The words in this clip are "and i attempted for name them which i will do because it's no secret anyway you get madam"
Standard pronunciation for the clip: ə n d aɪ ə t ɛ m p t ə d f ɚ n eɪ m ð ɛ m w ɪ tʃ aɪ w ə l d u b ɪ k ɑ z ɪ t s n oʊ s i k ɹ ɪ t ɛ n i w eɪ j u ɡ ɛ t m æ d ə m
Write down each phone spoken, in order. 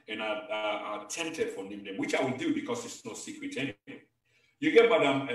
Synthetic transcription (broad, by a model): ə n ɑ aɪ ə t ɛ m t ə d f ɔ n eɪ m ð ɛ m w ɪ tʃ aɪ w ə l d u b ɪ k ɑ s ɪ t s n oʊ s i k ɹ ɪ t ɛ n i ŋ j u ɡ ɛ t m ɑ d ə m